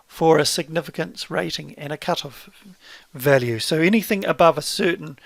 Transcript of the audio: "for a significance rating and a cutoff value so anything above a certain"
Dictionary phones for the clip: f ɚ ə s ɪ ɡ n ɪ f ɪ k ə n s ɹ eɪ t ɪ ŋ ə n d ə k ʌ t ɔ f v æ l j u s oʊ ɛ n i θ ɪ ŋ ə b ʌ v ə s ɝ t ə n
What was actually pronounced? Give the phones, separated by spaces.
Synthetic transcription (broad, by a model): f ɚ ə s ɪ ɡ n ɪ f ɪ k ə n s ɹ eɪ t ɪ ŋ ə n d ə k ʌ t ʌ v æ l j u s oʊ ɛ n i θ ɪ ŋ ə b ʌ v ə s ɝ t n